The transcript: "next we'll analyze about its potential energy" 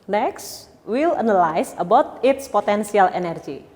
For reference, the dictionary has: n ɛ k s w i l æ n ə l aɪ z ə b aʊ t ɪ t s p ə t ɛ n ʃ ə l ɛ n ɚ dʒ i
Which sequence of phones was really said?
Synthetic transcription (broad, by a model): n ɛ k s w i l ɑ n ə l aɪ s ə b aʊ t ɪ t s p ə t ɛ n s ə l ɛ n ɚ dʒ i